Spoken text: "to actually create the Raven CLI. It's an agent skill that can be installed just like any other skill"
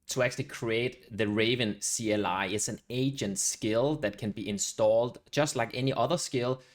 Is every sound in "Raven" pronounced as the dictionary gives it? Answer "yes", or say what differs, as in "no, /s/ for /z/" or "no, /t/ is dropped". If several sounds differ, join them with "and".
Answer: yes